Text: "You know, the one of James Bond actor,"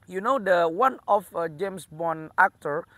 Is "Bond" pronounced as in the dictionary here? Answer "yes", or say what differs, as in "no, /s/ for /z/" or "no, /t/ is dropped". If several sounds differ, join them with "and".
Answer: no, /d/ is dropped